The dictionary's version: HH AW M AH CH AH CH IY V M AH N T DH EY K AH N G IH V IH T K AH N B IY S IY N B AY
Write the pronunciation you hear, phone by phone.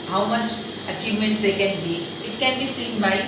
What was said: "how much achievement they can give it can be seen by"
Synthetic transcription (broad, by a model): HH AW M AH CH AH CH IY V M AH N T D EY K AH N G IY IH T K AH N B IY S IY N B AY